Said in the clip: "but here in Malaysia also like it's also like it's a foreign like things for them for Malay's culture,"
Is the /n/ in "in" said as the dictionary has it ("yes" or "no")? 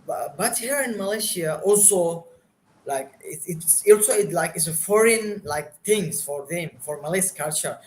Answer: yes